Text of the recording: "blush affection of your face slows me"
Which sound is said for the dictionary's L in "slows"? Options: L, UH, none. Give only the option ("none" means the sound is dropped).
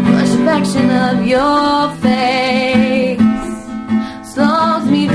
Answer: none